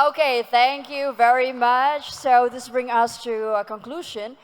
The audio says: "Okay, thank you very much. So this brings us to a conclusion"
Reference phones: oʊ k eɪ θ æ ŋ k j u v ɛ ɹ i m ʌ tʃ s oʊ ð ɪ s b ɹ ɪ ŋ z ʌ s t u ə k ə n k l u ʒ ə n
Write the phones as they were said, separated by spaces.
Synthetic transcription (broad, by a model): oʊ k eɪ θ æ ŋ k j u v ɛ ɹ i m ʌ tʃ s oʊ ð ɪ s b ɹ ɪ ŋ ʌ s t u ə k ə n k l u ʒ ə n